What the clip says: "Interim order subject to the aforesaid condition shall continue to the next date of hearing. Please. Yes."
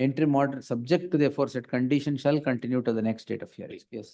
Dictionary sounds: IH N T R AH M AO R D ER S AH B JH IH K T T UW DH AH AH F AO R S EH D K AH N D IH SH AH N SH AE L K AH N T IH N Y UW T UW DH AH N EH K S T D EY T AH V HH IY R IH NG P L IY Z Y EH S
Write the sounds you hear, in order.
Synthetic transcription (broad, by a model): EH N T R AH M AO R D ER S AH B JH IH K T T UW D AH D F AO R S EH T K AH N D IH SH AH N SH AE L K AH N T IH N Y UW T UW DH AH N EH K S T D EY T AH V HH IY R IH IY Y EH S